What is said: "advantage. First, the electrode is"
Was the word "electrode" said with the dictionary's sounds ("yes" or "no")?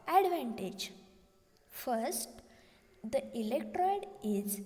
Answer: yes